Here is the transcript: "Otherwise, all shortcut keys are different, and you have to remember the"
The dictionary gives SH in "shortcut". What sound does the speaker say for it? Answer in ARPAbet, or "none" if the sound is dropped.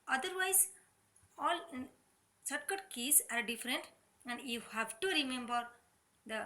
S